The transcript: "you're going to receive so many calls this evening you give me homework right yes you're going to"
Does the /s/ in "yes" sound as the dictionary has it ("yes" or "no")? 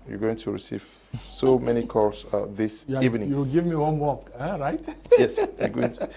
yes